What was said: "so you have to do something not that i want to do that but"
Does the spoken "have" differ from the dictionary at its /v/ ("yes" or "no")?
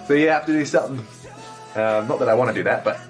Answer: yes